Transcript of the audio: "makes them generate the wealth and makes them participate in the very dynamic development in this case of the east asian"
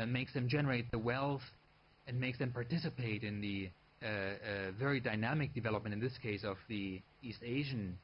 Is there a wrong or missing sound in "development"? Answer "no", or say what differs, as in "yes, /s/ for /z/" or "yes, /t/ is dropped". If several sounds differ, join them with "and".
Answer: no